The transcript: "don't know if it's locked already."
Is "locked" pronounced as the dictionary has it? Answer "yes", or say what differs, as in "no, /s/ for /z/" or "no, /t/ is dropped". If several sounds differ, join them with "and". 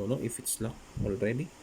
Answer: no, /t/ is dropped